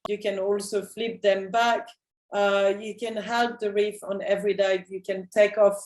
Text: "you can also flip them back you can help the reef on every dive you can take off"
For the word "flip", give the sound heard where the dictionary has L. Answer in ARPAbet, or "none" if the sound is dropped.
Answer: L